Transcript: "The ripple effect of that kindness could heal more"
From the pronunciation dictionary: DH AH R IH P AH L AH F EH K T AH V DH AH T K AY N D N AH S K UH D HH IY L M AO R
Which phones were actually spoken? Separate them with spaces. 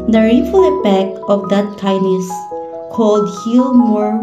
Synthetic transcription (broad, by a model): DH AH R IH F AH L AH P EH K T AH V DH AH T K AY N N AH S K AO D HH IY L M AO R